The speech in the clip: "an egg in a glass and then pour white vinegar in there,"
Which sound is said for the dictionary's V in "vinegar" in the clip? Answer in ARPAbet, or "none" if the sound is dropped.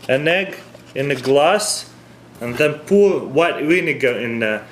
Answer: W